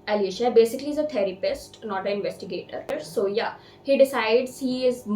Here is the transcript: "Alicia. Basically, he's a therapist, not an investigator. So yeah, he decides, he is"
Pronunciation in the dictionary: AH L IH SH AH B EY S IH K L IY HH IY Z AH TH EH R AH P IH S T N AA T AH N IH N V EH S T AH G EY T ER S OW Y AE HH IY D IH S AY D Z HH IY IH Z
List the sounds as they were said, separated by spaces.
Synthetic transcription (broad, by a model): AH L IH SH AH B EY S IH K IY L IY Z AH T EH R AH P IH S T N AA T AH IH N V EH S T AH G EY T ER S OW Y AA HH IY D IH S AY D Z HH IY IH Z